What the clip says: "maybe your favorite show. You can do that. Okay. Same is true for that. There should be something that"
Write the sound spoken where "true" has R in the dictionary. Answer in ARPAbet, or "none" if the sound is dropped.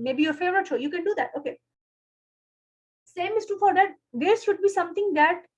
none